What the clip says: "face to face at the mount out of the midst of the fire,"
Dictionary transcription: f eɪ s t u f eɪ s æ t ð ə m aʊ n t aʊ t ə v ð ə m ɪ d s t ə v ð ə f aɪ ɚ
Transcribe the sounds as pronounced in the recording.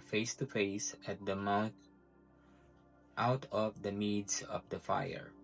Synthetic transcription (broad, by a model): f eɪ s t u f eɪ s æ t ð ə m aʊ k t aʊ t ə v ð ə m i d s ə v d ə f aɪ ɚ